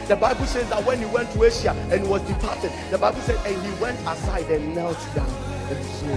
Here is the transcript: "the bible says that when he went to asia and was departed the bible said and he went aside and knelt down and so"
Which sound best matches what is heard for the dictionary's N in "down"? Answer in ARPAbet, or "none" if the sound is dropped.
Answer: none